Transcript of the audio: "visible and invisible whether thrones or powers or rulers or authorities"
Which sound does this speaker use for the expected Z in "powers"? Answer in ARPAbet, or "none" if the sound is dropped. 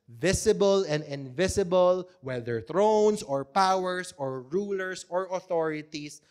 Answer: S